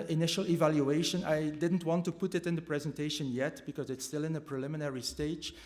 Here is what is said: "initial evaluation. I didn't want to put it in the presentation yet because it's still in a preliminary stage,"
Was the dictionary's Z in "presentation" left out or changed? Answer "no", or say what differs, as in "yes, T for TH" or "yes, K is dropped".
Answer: no